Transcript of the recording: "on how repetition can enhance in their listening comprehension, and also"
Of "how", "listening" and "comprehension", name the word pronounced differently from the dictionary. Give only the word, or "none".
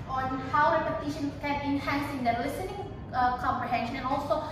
none